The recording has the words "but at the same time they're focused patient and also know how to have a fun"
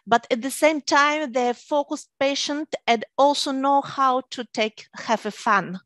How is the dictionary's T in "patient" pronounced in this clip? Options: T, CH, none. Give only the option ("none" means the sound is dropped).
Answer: T